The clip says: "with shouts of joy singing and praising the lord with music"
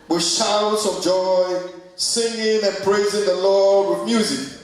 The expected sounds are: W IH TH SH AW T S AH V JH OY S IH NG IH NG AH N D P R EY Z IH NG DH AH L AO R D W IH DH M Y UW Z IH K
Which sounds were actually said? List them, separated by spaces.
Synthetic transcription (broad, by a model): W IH SH AW T S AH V JH OY S IH NG IH NG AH N P R EY Z IH NG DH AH L AO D W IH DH M Y UW Z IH K